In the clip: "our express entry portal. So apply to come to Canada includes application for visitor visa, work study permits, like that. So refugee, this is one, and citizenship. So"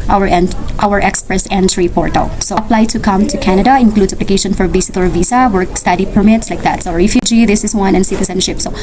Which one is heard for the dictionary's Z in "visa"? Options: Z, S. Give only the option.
S